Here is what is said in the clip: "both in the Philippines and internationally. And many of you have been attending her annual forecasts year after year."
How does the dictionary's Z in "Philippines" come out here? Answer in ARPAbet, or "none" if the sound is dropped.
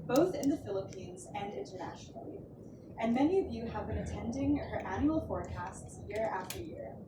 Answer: Z